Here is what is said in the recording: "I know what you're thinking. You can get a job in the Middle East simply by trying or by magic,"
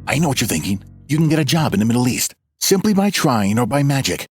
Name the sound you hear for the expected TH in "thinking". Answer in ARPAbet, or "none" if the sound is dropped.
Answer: TH